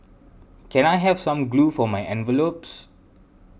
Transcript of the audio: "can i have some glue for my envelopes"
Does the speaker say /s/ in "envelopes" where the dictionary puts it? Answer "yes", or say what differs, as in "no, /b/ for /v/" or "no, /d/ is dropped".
yes